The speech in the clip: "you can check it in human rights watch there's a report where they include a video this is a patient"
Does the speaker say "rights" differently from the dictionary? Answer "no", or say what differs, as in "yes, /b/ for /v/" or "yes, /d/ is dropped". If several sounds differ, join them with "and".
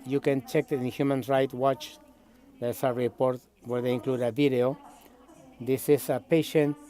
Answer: yes, /s/ is dropped